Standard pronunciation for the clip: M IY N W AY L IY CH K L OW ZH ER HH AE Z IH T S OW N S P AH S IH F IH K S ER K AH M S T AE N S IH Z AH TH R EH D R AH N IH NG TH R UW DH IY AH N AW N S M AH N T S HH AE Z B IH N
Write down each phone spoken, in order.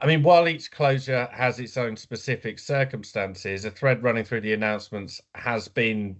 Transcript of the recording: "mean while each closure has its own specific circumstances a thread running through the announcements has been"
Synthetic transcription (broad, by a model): M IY N W AY L IY CH K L OW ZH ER HH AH Z IH T S OW N S P AH S IH F IH K S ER K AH M S T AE N S IH Z AH TH R EH D R AH N IH NG TH R UW DH IY AH N AW N S M AH N T S HH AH Z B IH N